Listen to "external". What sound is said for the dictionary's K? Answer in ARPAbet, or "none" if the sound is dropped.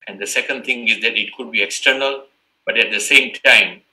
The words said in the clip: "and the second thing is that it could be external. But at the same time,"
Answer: K